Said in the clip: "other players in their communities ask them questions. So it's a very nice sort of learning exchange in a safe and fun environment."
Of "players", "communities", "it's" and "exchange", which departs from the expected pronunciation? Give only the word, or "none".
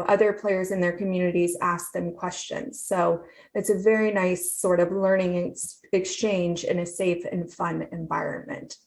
none